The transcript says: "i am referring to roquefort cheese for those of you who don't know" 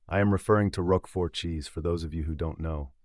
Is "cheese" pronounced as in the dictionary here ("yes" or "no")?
yes